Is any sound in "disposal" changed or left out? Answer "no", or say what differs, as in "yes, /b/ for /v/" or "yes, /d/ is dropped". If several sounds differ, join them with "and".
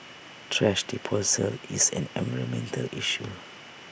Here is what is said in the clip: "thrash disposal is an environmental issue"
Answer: yes, /s/ is dropped